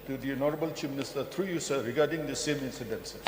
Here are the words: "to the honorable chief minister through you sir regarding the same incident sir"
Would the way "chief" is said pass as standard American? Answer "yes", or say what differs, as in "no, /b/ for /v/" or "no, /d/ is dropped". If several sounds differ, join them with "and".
no, /p/ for /f/